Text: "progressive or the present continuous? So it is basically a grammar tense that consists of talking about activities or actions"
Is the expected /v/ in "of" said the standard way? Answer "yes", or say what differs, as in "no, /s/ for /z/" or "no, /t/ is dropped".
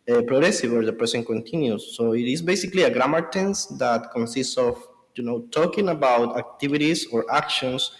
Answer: no, /w/ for /v/